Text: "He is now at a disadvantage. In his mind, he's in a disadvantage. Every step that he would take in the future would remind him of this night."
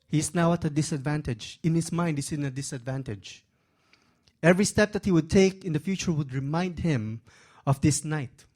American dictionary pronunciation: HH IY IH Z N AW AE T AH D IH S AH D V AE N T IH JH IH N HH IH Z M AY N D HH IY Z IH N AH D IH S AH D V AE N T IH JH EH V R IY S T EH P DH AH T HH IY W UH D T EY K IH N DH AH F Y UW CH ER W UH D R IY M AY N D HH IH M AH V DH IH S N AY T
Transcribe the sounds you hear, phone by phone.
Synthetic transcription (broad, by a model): HH IY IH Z N AW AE T AH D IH S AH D V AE N T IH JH IH N HH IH S M AY N D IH S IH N AH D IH S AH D V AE N T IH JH EH V R IY S T EH P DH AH T HH IY W UH D T EY K IH N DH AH F Y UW CH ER W UH D R IY M AY N D HH IH M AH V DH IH S N AY T